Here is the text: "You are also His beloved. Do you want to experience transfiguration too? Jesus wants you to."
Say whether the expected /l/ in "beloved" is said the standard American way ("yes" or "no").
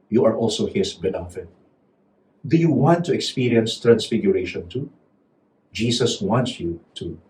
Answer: no